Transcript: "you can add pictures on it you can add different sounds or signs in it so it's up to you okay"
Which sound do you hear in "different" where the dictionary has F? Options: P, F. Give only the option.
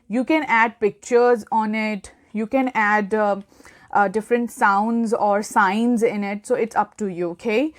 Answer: F